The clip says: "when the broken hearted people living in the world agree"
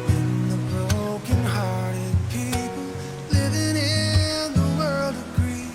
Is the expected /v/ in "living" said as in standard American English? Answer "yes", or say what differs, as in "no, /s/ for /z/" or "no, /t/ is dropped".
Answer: yes